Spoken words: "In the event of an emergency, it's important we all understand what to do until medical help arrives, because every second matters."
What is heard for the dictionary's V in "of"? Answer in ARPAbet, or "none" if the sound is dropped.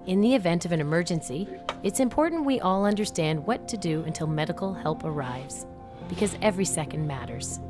V